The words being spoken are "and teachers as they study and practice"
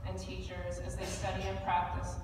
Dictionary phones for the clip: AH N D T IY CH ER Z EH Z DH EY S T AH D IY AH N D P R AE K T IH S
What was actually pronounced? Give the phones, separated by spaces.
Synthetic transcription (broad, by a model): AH N T IY CH ER Z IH Z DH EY S T AH D IY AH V P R AE K T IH S